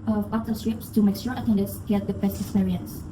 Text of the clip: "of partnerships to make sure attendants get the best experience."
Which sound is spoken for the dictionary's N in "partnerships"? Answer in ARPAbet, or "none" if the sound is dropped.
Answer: none